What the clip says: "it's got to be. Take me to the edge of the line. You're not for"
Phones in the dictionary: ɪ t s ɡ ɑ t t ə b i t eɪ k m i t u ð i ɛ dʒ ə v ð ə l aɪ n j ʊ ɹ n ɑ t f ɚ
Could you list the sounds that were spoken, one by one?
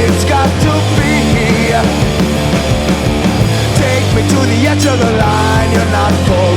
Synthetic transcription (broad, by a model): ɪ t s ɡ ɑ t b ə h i t eɪ k m i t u ð i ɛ tʃ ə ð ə l aɪ n j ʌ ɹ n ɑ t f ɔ